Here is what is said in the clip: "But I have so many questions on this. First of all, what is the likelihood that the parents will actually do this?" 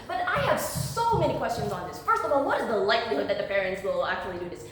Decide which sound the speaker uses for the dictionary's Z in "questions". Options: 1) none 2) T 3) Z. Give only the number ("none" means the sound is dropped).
3